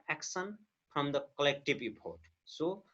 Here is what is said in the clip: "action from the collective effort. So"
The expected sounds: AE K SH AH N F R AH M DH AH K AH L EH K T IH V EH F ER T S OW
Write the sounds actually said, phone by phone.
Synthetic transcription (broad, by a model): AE K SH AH N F R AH M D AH K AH L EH K T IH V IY P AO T S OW